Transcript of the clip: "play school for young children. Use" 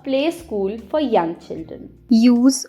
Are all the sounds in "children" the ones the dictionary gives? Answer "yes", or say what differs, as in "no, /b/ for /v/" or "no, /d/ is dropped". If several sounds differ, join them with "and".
no, /ɹ/ is dropped